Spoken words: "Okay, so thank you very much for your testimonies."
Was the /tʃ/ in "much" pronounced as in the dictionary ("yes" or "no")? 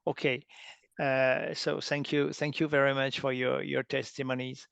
yes